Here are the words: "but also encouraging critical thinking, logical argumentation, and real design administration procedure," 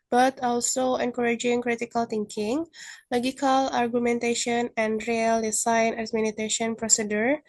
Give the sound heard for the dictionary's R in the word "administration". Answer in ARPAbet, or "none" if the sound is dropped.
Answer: none